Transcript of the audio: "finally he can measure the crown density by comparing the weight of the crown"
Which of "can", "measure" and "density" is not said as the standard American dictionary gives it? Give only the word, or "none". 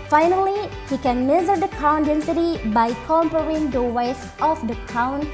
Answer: measure